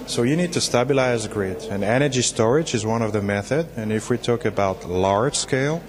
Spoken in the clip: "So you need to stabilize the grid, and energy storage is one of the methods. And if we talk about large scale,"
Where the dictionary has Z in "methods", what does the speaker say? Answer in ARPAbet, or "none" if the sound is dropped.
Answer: none